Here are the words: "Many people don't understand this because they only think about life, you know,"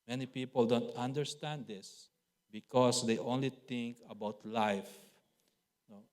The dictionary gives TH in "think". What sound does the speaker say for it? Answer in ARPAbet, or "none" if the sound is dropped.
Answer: T